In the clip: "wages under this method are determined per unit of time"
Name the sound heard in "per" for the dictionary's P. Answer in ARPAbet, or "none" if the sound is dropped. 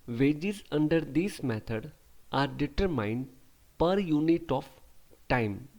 P